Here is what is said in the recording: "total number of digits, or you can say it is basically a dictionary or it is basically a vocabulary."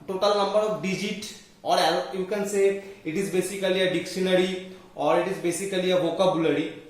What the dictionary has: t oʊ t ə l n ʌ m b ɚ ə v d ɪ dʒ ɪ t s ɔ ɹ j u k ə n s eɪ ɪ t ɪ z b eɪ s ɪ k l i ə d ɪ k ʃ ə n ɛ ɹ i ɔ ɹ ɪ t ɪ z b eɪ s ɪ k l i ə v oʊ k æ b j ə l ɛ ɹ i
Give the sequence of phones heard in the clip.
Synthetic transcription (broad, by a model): t oʊ t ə l n ʌ m b ɚ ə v d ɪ dʒ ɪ t ɔ ɹ j u k ə n s eɪ ɪ t ɪ z b eɪ s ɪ k l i ə d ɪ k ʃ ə n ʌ ɹ i ɔ ɹ ɪ t ɪ z b eɪ s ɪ k l i ə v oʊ k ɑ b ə l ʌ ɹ i